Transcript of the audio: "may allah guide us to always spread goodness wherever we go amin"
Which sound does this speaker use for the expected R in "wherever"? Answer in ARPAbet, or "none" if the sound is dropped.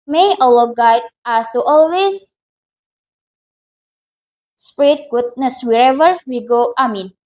R